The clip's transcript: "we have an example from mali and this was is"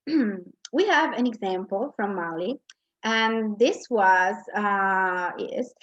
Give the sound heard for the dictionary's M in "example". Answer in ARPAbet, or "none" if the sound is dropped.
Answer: M